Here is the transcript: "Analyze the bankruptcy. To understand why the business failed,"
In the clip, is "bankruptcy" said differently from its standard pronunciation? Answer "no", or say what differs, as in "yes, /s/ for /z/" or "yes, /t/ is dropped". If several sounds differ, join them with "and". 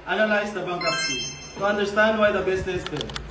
yes, /ɹ/ is dropped